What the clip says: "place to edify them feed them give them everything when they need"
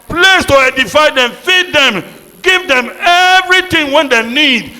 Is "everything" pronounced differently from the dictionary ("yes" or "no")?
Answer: yes